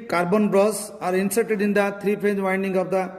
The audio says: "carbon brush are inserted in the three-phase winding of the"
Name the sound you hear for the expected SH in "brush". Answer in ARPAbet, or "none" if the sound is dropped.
S